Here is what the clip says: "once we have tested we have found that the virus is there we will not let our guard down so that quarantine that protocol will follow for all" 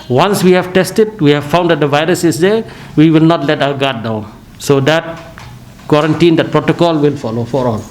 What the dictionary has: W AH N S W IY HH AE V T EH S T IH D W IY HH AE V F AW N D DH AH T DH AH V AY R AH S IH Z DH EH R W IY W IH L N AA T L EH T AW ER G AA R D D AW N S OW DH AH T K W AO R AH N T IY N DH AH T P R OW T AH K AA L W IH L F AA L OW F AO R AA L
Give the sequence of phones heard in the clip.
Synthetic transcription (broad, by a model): W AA N S W IY HH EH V T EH S T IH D W IY HH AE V F AW N D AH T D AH V AY R AH S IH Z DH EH W IY W IH L N AA T L EH T AW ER G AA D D AW N S OW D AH T K W AO R AH N T IY N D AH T P R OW T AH K AA L W IH L F AA L OW F AO R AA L